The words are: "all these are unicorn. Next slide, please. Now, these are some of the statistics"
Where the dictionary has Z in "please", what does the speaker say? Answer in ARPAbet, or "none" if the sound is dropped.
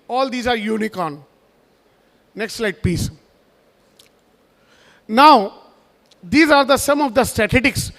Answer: S